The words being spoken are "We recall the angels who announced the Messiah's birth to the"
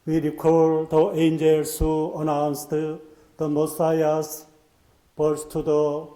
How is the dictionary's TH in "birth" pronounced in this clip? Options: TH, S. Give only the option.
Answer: S